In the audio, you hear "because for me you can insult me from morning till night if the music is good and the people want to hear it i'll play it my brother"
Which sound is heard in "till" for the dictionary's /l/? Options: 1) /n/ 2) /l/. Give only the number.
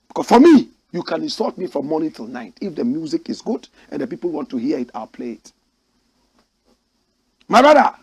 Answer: 2